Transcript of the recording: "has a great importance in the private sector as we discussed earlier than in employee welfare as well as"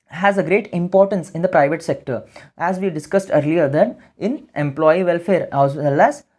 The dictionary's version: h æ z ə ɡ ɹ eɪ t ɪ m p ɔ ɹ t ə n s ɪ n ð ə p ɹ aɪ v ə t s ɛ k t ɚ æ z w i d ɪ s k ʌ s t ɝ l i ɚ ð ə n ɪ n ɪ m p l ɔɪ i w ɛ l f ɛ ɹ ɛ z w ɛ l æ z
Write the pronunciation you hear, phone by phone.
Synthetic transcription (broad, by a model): h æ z ə ɡ ɹ eɪ t ɪ m p ɔ ɹ t ə n s ɪ n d ə p ɹ aɪ v ə t s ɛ k t ɚ æ z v i d ɪ s k ʌ s t ɝ l i ɚ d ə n ɪ n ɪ m p l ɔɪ i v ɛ l f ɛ ɹ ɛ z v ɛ l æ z